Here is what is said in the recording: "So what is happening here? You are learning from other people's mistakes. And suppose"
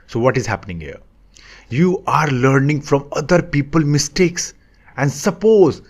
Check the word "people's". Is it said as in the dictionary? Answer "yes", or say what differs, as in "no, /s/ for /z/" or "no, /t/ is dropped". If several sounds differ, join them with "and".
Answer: no, /z/ is dropped